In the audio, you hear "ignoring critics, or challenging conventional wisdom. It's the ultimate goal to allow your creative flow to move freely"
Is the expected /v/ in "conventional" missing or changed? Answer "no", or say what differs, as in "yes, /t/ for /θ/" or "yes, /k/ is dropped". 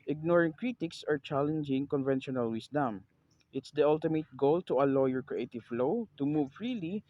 no